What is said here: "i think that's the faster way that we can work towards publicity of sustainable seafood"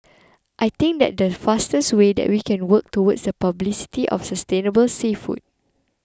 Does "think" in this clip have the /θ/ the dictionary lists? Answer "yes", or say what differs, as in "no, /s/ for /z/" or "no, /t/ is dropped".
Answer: no, /t/ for /θ/